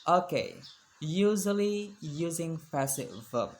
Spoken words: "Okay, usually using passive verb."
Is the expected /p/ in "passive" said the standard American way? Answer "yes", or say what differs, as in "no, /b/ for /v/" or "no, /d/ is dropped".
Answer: no, /f/ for /p/